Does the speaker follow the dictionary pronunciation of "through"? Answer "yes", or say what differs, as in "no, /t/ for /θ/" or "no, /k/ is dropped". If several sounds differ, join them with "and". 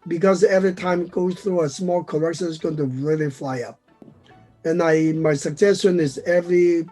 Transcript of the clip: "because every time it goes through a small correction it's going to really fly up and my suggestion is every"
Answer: yes